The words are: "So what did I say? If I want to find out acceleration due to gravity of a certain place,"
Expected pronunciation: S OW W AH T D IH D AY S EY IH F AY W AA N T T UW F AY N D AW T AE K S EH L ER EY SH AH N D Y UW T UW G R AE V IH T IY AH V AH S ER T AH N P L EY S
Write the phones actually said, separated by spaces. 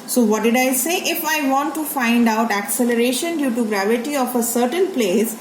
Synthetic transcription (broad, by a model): S OW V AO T D IH D AY S EY IH F AY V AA N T T UW F AY N D AW T AE K S EH L ER EY SH AH N D Y UW T UW G R AE V IH T IY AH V AH S ER T AH N P L EY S